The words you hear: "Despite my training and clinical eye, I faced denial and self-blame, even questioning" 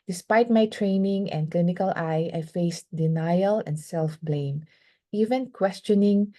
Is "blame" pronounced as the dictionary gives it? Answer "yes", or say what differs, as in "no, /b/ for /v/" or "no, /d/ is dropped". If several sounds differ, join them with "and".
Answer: yes